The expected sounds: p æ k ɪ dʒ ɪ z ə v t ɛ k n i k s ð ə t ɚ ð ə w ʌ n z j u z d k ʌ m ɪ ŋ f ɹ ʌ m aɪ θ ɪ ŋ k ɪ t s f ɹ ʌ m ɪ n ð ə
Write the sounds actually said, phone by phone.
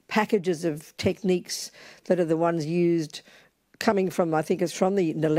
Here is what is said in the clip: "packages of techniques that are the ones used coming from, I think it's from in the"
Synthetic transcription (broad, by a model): p æ k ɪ dʒ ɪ z ə v t ɛ k n i k s ð ə t ɚ ð ə w ʌ n z j u z d k ʌ m ɪ ŋ f ɹ ʌ m aɪ θ ɪ ŋ k ɪ t s f ɹ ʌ m ɪ n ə